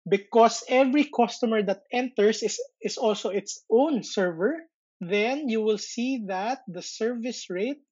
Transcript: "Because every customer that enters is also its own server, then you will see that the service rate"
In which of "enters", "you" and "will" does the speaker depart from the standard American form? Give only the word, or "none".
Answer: enters